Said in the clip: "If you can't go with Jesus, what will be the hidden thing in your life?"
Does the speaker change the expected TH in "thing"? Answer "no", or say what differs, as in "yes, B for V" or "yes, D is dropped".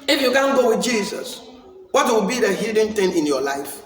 yes, T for TH